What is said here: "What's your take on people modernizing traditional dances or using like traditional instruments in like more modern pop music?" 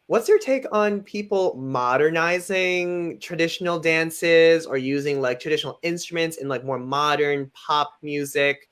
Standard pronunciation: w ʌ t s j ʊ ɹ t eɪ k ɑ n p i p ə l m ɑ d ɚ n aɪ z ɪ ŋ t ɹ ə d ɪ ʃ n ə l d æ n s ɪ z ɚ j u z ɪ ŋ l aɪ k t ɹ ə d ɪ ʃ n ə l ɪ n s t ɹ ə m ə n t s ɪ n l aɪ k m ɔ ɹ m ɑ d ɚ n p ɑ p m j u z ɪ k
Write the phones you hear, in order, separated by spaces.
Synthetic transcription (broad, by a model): w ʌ t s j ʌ ɹ t eɪ k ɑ n p i p l m ɑ d ɚ n aɪ z ɪ ŋ t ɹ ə d ɪ ʃ n l d æ n s ɪ z ɚ j u z ɪ ŋ l aɪ k t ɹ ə d ɪ ʃ n l ɪ n s t ɹ ə m ə n t s ɪ n l aɪ k m ɔ ɹ m ɑ d ɚ n p ɑ p m j u z ɪ k